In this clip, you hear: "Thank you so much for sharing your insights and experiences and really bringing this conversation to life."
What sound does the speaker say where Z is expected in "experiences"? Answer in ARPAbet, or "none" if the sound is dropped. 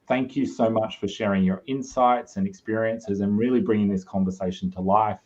Z